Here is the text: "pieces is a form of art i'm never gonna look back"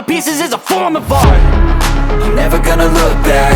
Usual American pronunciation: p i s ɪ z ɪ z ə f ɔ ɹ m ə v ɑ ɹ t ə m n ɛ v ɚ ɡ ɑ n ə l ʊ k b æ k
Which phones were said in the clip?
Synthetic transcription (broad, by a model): p i s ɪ z ɪ z ə f ɔ ɹ m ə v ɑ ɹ ə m n ɛ v ɚ ɡ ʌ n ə l ʊ k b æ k